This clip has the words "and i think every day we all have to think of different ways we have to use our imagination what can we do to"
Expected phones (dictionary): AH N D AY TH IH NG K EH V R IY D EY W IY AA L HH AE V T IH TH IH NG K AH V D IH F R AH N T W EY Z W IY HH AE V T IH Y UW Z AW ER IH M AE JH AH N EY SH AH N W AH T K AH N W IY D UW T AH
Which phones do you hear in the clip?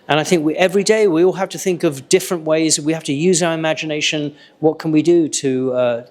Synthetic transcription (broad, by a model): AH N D AY TH IH NG K EH V R IY D EY W IY AA L HH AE F T IH TH IH NG K AH V D IH F R AH N T W EY Z W IY HH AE F T IH Y UW Z AW ER IH M AE JH AH N EY SH AH N W AH T K AH N W IY D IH T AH